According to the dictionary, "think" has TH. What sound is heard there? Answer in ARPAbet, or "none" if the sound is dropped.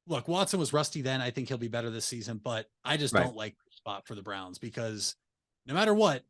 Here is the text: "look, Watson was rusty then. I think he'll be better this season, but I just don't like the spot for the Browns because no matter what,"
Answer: TH